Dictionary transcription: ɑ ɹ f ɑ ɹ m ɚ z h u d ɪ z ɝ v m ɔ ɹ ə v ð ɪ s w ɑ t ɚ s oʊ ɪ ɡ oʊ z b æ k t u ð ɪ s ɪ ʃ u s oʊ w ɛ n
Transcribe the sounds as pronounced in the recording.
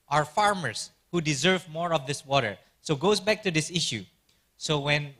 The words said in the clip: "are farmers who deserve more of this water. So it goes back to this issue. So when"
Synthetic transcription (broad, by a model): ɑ ɹ f ɑ ɹ m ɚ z h u d ɪ z ɝ v m ɔ ɹ ə v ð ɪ s w ɑ t ɚ s oʊ ɡ oʊ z b æ k t u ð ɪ s ɪ ʃ u s oʊ w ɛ n